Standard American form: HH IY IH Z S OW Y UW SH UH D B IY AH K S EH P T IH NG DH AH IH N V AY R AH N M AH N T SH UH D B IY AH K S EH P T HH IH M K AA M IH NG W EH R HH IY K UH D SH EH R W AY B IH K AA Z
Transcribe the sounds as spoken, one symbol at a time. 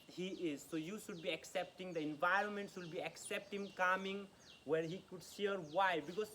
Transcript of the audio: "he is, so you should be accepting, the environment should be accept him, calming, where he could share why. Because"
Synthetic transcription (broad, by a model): HH IY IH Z S OW Y UW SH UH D B IY AH K S EH P T IH NG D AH IH N V AY R AH N M AH N T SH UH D B IY AH K S EH P T HH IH M K AA M IH NG W EH R HH IY K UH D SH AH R W AY B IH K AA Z